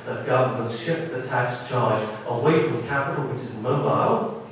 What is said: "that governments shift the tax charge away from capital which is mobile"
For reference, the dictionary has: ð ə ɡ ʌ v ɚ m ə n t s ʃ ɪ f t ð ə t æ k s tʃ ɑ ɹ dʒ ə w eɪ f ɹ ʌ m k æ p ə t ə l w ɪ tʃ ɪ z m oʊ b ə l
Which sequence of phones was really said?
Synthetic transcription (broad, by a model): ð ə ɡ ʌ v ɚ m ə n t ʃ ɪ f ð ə t æ k s tʃ ɑ ɹ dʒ ə w eɪ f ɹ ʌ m k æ p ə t l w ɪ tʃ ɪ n m oʊ b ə l